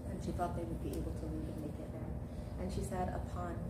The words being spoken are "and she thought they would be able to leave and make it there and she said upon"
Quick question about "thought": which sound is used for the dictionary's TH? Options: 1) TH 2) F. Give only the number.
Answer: 2